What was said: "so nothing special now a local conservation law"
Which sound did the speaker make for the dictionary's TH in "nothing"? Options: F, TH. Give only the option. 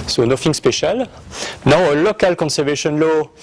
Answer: F